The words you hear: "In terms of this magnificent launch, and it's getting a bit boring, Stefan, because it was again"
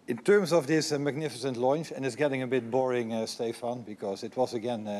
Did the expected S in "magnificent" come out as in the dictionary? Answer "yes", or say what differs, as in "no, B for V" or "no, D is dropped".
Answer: yes